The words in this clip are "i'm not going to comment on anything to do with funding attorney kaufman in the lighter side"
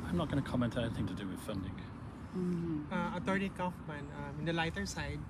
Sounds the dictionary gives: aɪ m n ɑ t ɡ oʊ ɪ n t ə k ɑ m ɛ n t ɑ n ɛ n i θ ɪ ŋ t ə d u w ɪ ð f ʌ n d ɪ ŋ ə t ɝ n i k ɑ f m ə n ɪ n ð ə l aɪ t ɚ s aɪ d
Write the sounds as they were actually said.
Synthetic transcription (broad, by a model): aɪ m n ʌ t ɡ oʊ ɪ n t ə k ɑ m ɛ n t ɛ n i θ ɪ ŋ t ə d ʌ w ɪ ð f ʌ n d ɪ ŋ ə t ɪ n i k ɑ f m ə n ɪ n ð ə l aɪ t ɚ s aɪ d